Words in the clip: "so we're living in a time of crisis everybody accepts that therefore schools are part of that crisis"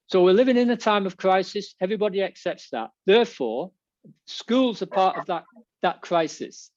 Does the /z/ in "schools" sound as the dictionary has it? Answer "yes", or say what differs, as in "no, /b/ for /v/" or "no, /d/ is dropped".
yes